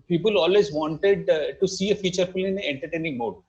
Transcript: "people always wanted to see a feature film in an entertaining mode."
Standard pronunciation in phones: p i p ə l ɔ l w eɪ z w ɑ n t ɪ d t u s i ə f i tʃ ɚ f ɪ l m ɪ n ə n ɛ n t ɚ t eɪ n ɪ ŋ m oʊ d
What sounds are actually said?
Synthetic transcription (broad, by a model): p i p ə l ɔ l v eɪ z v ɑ n t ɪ d t u s i ə f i tʃ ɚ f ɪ l ɪ n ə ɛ n t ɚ t eɪ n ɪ ŋ m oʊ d